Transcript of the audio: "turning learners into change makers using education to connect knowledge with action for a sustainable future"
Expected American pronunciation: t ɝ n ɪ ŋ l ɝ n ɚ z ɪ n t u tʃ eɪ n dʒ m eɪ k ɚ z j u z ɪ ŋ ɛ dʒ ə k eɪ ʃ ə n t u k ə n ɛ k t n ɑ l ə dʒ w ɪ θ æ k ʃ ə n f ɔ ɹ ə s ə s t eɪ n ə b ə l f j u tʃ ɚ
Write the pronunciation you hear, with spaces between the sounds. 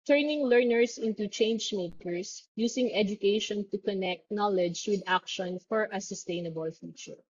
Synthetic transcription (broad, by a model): t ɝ n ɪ ŋ l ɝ n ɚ s ɪ n t u tʃ eɪ n dʒ m eɪ k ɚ s j u s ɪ ŋ ɛ dʒ ə k eɪ ʃ ə n t u k ə n ɛ k t n ɑ l ə dʒ w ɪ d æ k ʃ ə n f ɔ ɹ ə s ə s t eɪ n ə b ə l f j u tʃ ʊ